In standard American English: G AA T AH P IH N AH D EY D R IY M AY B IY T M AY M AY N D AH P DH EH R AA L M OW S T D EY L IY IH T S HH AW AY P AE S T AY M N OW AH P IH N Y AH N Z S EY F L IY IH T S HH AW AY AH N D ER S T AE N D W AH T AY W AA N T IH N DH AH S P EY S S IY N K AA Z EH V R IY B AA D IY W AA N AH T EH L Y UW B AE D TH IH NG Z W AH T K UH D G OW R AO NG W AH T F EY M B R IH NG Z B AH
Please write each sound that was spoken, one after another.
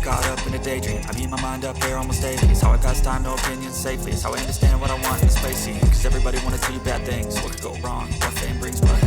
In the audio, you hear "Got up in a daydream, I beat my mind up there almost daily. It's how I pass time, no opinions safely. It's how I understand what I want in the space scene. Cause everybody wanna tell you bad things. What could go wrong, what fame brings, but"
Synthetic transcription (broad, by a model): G AA T AH P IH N AH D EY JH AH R AY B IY M AY M AY N D AH P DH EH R AA L M OW S T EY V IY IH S HH AW AY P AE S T AY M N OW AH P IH N Y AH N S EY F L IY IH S HH AW AY AH N D ER S T AE N D W AH T AY W AA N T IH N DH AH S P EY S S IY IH K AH Z EH V R IY B AA D IY W AA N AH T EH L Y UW B AE D TH IH NG Z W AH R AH G OW R AO NG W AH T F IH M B R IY Z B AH